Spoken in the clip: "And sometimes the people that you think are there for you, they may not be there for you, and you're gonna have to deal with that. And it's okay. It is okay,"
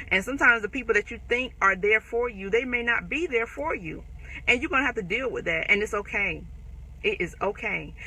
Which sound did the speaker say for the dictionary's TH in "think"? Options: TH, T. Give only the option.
TH